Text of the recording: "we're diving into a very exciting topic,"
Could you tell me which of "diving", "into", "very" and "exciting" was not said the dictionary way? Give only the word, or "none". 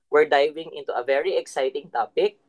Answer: none